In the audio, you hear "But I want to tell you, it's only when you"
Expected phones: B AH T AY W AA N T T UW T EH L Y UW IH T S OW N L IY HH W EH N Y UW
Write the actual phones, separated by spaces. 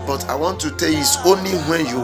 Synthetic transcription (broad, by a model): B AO T AY W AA N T T UW T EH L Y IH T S OW N L IY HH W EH N Y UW